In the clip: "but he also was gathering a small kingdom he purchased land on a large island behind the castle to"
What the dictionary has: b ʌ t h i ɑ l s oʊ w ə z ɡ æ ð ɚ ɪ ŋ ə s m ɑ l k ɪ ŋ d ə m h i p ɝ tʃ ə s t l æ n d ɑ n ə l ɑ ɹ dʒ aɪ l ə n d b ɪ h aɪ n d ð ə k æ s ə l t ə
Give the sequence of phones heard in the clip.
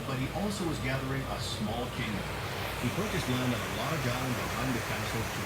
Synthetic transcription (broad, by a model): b ʌ t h i ɑ l s oʊ w ə z ɡ æ ð ɚ ɪ ŋ ə s m ɑ l k ɪ ŋ d ə m h i p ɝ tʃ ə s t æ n ɑ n ə l ɑ ɹ dʒ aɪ ə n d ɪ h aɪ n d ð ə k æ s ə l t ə